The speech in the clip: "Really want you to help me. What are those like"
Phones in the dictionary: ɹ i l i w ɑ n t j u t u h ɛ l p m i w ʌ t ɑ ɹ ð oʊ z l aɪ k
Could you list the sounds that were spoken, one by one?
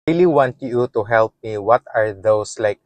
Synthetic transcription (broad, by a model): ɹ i l i w ɑ n t j u t u h ɛ l p m i w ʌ t ɑ ɹ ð oʊ s l aɪ k